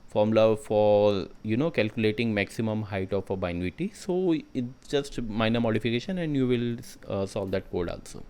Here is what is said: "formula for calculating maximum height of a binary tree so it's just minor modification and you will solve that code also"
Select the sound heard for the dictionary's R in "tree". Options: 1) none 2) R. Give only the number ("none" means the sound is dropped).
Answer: 1